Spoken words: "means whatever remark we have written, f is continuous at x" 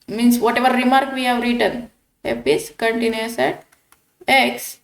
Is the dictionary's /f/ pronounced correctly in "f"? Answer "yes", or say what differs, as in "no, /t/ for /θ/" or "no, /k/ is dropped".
no, /p/ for /f/